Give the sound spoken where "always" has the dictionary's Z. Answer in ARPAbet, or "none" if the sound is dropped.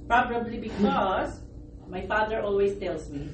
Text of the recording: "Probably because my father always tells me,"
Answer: S